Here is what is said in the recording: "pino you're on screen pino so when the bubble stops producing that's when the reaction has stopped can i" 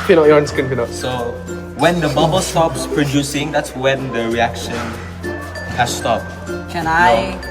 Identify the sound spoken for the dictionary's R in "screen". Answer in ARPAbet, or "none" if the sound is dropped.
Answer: none